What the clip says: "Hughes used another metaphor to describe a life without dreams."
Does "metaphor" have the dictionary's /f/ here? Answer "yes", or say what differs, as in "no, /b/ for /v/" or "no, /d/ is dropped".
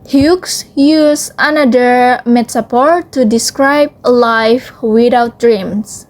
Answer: no, /p/ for /f/